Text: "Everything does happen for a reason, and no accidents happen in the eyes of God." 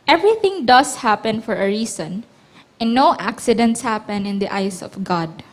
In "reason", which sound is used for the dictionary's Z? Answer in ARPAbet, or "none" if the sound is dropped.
S